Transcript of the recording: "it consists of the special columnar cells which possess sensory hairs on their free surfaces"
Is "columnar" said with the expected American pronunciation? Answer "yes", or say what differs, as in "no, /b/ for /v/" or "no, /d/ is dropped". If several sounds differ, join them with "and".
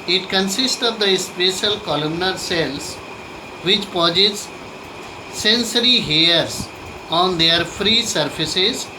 yes